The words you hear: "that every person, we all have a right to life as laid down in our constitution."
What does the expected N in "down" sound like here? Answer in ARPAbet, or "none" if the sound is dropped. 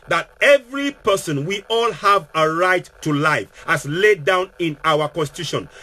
N